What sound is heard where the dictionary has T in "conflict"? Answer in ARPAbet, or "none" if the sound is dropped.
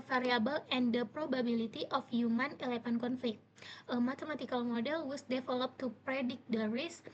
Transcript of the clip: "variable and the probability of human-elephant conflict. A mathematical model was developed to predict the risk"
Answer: T